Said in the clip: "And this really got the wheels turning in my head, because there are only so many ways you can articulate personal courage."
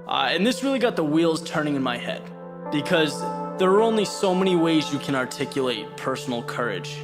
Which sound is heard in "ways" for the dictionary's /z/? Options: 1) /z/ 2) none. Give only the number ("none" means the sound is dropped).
1